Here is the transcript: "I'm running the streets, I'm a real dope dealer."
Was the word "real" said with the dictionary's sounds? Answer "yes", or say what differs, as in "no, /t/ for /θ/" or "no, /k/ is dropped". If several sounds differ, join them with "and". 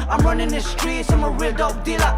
no, /w/ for /ɹ/